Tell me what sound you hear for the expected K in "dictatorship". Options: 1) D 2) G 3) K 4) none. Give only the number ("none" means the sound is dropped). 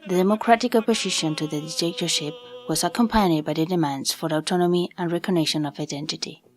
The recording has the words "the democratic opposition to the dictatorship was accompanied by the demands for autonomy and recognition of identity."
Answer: 4